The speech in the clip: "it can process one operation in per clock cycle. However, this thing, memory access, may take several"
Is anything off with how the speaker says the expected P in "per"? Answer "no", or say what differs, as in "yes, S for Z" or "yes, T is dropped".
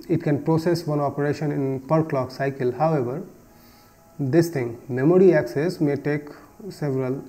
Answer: no